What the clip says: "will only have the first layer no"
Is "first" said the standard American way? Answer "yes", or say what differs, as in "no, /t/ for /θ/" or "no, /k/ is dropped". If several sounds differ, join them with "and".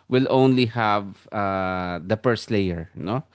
no, /p/ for /f/